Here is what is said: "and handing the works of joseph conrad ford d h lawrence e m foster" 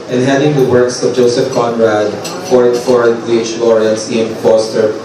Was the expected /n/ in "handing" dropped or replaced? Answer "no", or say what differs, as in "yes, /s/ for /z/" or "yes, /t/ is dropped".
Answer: yes, /n/ is dropped